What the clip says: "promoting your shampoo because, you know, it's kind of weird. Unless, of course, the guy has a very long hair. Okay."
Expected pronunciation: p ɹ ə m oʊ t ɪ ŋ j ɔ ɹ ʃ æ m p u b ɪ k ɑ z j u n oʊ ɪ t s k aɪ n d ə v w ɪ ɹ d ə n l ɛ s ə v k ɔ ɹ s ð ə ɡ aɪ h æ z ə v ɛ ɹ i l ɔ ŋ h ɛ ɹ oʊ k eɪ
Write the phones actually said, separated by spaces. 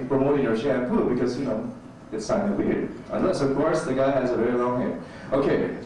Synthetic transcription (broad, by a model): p ɹ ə m oʊ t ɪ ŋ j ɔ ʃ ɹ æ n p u b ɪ k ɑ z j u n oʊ ɪ t s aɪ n ə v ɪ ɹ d ə n l ɛ s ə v k ɔ ɹ s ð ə ɡ aɪ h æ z ə v ɛ ɹ i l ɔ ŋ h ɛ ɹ oʊ k eɪ